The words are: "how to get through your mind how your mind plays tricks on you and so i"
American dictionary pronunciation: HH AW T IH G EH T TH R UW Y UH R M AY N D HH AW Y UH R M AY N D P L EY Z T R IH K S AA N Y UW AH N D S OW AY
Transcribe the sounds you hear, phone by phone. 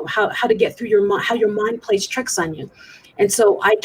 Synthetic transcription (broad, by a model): HH AW T IH G EH T TH R UW Y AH R M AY HH AW Y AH R M AY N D P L EY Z T R IH K S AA N Y UW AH N S OW AY